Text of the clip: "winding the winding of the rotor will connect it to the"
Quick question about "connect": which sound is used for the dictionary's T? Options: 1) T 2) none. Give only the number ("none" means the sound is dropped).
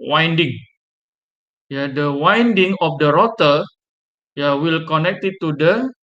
1